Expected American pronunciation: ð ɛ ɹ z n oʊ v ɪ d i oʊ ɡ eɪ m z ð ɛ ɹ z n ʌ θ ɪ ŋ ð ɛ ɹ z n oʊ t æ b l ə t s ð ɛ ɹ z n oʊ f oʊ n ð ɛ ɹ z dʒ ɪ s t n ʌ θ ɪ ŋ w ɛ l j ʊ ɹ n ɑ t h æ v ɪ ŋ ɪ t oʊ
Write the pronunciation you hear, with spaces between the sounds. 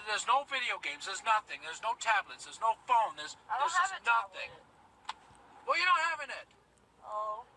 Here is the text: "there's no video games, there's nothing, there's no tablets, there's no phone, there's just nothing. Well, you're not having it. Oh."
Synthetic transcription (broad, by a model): ð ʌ ɹ z n oʊ v ɪ d i oʊ ɡ eɪ m z ð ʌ ɹ z n ʌ θ ɪ ŋ ð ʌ ɹ z n oʊ t æ b l ə t s ð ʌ ɹ z n oʊ f oʊ n ð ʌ ɹ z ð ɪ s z n ʌ θ ɪ ŋ w ɛ l j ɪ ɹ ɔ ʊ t h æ v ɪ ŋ ɪ t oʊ